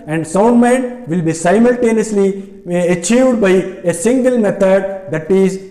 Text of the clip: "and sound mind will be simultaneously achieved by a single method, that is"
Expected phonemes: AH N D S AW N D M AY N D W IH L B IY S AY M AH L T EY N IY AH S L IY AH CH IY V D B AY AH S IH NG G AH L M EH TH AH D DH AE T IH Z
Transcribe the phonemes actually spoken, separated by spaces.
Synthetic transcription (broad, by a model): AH N D S AW N D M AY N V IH L B IY S AY M AH L T EY N IY AH S L IY AH CH IY V D B AY AH S IH NG G AH L M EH T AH D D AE T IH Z